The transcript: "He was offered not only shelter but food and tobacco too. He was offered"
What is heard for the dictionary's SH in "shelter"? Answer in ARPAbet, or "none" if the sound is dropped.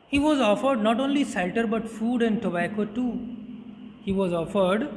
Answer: S